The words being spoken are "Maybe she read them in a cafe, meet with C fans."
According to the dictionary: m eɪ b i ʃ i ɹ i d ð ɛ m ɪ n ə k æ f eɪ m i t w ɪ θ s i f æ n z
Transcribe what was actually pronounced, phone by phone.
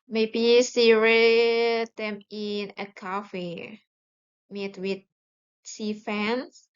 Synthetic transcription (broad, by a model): m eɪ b i s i ɹ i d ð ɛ m ɪ n ə k æ f eɪ m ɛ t w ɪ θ s i f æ n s